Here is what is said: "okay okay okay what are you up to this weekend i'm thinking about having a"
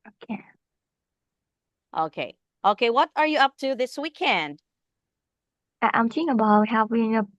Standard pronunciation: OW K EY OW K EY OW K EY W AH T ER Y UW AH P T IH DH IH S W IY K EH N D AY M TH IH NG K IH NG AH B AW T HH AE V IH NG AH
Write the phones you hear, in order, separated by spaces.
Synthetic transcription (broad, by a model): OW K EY OW K EY OW K EY W AH T ER Y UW AH P T IH DH IH S W IY K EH N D AY M T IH K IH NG AH B AW T HH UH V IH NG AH